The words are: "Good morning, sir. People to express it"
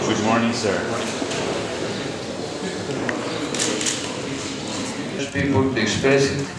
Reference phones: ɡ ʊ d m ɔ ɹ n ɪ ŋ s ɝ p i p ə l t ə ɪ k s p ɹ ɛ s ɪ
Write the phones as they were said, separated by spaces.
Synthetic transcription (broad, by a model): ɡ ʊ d m ɔ ɹ n ɪ ŋ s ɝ p i p ə l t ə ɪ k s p ɛ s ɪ